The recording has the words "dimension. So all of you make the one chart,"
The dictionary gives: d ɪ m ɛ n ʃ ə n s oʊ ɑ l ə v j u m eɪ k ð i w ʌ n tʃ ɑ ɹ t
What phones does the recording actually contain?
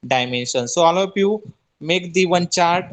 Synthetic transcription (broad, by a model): d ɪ m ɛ n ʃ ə n s oʊ ɑ l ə p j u m eɪ k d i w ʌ n tʃ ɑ ɹ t